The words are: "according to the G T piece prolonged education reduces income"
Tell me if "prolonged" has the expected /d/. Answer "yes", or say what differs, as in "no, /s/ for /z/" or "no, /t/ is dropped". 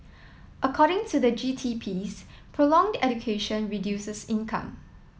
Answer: yes